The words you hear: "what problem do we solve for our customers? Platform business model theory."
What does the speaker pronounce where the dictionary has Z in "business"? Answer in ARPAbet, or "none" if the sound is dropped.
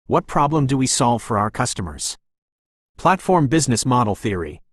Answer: Z